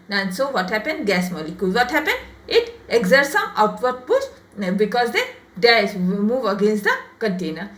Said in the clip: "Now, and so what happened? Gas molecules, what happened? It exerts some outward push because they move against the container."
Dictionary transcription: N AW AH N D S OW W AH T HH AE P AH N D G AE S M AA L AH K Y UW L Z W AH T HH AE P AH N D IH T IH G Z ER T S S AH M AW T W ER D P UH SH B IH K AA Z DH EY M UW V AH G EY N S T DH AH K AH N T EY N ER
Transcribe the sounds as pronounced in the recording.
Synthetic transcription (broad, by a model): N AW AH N S OW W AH T HH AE P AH N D G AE S M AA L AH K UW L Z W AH T HH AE P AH N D IH T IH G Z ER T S S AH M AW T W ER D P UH S B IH K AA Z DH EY M UW V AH G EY N S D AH K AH N T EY N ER